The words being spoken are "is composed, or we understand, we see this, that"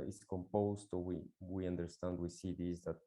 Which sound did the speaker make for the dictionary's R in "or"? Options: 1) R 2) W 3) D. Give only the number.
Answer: 2